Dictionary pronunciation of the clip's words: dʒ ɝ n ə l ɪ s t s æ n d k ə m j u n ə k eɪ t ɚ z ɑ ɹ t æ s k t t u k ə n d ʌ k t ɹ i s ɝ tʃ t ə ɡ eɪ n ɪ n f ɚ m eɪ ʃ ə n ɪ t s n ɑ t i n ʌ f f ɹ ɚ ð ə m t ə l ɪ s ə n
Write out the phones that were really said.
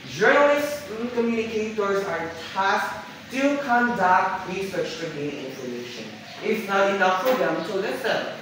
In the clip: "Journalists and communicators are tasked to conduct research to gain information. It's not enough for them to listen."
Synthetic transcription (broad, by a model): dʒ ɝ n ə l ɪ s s k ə m j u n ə k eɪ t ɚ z ɑ ɹ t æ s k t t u k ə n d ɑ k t ɹ i s ɝ tʃ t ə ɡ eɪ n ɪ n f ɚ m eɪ ʃ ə n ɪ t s n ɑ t i n ʌ f p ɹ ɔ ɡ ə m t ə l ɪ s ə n